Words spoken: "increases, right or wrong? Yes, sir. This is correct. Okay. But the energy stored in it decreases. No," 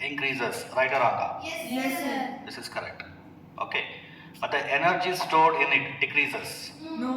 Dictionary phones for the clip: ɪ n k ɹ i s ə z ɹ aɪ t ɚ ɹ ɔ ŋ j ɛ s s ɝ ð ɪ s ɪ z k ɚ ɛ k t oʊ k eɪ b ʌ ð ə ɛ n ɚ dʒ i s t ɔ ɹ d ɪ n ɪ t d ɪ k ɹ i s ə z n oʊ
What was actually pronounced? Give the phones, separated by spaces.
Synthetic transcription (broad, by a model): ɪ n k ɹ i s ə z ɹ aɪ t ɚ ɹ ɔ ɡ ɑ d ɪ s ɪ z k ɚ ɛ k t oʊ k eɪ b ʌ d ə ɛ n ɚ dʒ i s t ɔ ɹ d ɪ n ɪ t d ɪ k ɹ i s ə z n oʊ